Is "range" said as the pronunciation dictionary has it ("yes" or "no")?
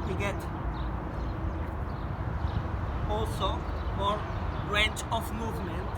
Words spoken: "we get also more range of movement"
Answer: no